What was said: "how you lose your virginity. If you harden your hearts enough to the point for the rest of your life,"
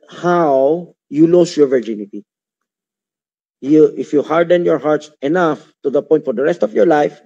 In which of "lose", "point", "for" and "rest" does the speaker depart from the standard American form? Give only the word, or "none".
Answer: lose